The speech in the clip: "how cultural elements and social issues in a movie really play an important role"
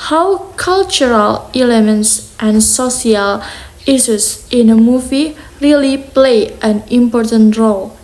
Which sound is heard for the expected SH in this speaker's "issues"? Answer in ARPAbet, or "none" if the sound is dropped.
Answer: S